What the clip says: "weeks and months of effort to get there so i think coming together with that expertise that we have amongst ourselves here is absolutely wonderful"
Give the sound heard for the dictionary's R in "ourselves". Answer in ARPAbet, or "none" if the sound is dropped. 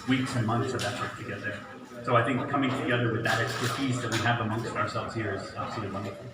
R